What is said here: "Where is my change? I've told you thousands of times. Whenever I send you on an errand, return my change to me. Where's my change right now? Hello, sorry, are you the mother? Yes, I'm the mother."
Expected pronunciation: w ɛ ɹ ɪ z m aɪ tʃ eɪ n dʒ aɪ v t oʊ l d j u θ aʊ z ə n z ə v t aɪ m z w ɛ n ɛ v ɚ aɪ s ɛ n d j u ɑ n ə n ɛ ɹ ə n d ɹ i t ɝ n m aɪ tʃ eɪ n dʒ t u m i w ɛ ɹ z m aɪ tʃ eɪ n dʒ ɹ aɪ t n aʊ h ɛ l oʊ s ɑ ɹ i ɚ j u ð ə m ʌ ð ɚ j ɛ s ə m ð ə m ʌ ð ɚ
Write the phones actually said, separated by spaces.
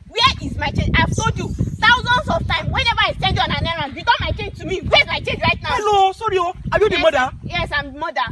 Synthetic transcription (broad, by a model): w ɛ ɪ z m aɪ tʃ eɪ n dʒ aɪ v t oʊ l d j u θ aʊ z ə n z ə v t aɪ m w ɛ n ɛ v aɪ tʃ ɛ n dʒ ɑ n ə n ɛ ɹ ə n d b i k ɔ m aɪ tʃ eɪ n dʒ t u m i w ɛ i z m aɪ tʃ eɪ n dʒ ɹ aɪ t n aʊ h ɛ l oʊ s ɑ ɹ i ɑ j u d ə m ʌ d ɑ j ɛ s ə m m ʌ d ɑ